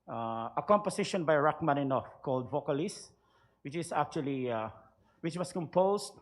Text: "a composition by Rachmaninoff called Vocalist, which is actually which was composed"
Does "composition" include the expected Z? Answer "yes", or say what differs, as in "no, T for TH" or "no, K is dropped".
no, S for Z